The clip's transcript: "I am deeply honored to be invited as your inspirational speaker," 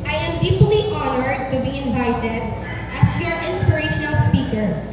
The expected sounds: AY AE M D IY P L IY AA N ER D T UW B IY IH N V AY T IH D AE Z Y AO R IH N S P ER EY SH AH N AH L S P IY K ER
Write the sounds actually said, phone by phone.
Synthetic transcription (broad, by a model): AY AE M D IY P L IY AA N ER D T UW B IY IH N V AY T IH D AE S Y AO R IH N S P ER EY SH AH N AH L S P IY K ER